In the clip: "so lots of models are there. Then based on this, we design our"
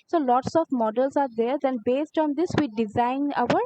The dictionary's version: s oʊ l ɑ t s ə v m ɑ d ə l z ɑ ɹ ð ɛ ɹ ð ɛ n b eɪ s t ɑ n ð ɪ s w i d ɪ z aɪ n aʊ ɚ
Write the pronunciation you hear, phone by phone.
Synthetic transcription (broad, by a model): s oʊ l ɑ t s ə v m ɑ d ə l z ɑ ɹ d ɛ ɹ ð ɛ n b eɪ s t ɑ n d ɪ s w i d ɪ z aɪ n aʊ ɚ